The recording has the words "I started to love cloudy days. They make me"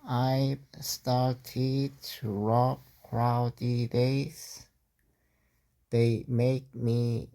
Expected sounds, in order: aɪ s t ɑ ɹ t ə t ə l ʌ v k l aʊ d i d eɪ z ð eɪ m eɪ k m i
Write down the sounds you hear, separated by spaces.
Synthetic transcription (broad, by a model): aɪ s t ɑ ɹ t ə t ə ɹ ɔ p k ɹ aʊ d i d eɪ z ð eɪ m eɪ k m i